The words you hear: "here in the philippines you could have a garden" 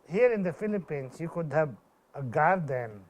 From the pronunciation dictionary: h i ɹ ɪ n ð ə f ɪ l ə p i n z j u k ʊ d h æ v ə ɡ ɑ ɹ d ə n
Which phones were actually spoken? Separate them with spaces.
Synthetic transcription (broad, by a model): h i ɹ ɪ n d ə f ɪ l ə p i n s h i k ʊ d h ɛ b ə ɡ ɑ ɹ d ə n